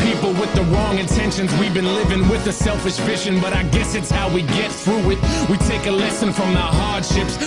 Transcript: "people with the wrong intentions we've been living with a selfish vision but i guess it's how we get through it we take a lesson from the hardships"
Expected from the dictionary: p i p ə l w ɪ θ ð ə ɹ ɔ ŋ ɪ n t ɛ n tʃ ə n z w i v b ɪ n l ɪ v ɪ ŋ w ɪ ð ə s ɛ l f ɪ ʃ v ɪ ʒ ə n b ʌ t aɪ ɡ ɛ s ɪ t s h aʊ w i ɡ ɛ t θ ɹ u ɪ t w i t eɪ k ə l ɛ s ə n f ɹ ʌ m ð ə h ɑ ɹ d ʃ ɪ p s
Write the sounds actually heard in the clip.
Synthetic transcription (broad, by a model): p i p l w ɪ ð ə ɹ ɔ ŋ ɪ n t ɛ n ʃ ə n z w i v b ɪ n l ɪ v ɪ ŋ w ɪ ð ə s ɛ l f ɪ ʃ f ɪ ʃ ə n b ʌ t aɪ ɡ ɛ s ɪ t s h aʊ w i ɡ ɛ t θ ɹ u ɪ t w i t eɪ k ə l ɛ s ə n f ɹ ʌ m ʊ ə h ɑ ɹ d ʃ ɪ p s